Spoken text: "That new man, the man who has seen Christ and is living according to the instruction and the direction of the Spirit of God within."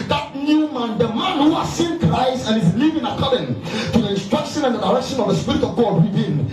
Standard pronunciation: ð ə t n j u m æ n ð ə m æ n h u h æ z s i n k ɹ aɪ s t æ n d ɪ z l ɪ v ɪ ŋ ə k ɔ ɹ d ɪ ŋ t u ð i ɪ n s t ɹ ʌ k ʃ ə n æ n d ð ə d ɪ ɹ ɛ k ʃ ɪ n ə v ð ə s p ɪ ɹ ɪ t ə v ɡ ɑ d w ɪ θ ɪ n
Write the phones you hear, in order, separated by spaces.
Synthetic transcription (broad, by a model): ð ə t n j u m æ n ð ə m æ n h u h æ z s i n k ɹ aɪ s t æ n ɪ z l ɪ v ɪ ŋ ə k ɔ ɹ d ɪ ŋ t u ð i ɪ n s t ɹ ʌ k ʃ ə n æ n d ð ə d ɪ ɹ ɛ k ʃ ɪ n ə v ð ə s p ɪ ɹ ɪ t ə v ɡ ɑ d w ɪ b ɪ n